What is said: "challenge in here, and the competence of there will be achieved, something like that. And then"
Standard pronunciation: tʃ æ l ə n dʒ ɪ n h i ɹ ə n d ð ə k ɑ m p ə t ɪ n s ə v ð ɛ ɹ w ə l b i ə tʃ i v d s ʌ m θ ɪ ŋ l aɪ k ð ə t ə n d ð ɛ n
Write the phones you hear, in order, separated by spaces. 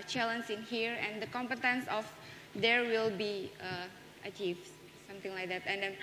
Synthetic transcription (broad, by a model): tʃ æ l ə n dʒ ɪ n h i ɹ ə n d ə k ɑ m p ə t ɪ n s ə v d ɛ ɹ w ə l b i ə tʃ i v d s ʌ m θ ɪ ŋ l aɪ k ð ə t ə n d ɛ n